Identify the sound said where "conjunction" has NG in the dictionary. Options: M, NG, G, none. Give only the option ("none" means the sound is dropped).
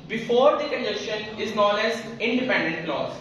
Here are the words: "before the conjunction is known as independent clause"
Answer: none